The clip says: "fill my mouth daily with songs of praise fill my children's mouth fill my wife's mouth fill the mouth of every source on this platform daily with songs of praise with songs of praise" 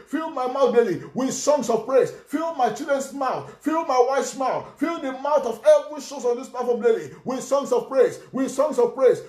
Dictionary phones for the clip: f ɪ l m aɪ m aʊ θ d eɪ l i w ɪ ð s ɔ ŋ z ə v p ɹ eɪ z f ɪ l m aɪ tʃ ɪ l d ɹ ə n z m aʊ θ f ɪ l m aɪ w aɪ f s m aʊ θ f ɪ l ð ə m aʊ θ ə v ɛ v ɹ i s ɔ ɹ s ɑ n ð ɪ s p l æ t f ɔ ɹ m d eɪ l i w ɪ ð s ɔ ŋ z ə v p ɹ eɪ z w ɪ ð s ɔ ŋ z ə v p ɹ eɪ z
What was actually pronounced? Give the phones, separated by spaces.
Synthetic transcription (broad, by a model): f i l m aɪ m aʊ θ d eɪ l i w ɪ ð s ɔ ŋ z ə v p ɹ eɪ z f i l m aɪ tʃ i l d ɹ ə n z m aʊ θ f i l m aɪ w aɪ f s m aʊ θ f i l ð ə m aʊ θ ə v ɛ v ɹ i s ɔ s ɑ n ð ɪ s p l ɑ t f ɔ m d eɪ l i w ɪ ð s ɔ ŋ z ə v p ɹ eɪ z w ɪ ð s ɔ ŋ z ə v p ɹ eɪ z